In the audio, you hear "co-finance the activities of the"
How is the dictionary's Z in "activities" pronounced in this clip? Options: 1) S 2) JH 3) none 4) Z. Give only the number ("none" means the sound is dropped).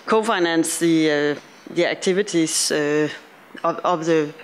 1